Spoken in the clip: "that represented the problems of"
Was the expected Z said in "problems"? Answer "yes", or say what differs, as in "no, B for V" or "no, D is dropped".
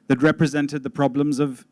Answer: yes